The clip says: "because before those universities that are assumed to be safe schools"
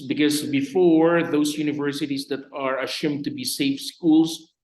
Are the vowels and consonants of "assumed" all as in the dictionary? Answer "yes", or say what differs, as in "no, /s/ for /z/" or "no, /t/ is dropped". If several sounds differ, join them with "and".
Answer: no, /ʃ/ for /s/